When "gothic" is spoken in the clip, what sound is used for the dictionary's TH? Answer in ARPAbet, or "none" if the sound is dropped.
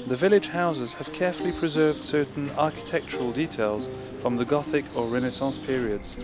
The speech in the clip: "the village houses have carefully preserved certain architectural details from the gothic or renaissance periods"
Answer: TH